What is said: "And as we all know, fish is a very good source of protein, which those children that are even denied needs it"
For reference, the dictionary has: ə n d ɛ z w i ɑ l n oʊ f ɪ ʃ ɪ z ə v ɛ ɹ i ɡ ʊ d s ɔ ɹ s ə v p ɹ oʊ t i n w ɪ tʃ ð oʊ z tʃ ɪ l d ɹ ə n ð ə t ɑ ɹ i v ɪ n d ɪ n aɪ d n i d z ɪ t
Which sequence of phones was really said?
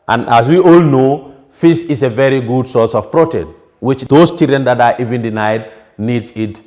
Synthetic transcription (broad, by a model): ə n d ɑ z w i ɑ l n oʊ f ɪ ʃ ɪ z ə v ɛ ɹ i ɡ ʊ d s ɔ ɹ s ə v p ɹ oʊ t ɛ w ɪ tʃ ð oʊ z tʃ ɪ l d ɹ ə n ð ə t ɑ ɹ i v ɪ n d ɪ n aɪ d n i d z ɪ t